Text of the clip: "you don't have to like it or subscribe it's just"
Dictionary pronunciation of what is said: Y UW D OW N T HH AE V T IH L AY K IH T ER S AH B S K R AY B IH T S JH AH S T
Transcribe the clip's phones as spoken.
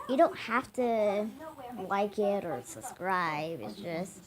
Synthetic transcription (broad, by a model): Y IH D OW N T HH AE F T IH L AY K IH T ER S AH B S K R AY B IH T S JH AH S T